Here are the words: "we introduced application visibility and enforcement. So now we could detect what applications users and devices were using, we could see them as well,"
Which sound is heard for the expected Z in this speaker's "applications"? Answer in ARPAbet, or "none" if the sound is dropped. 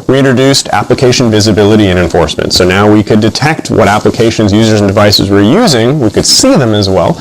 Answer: Z